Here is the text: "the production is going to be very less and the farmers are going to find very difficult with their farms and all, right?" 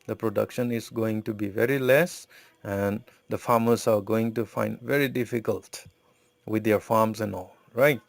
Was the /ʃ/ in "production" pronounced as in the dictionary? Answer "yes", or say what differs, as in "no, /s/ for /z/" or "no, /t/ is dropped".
yes